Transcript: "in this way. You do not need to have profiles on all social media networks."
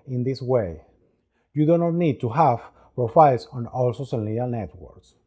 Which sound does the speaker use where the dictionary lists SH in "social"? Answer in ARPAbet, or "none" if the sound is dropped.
S